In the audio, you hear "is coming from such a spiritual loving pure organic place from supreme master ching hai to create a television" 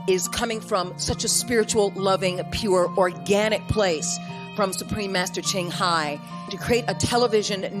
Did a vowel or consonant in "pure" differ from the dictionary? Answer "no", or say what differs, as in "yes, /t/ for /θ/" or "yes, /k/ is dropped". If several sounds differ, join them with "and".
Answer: no